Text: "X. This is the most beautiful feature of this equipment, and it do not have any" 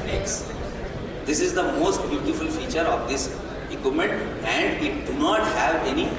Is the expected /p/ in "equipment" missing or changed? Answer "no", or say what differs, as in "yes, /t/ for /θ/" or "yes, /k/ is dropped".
yes, /p/ is dropped